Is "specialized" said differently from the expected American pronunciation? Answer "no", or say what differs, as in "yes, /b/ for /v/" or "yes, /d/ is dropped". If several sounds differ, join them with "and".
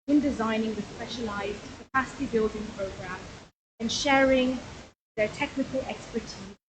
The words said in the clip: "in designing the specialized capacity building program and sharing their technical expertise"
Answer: no